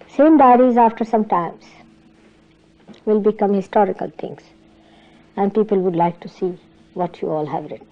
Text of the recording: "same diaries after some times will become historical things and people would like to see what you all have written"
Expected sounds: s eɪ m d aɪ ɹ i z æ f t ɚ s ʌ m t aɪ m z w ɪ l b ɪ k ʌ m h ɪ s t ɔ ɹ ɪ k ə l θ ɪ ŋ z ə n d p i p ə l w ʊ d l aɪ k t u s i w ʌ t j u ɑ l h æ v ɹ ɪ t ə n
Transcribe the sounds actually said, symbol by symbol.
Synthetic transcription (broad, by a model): s eɪ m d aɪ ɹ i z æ f t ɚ s ʌ m t aɪ m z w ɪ l b ɪ k ʌ m h ɪ s t ɔ ɹ ɪ k ə l t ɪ ŋ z ə n d p i p ə l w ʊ d l aɪ k t u s i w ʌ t j u ɑ l h æ v ɹ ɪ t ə n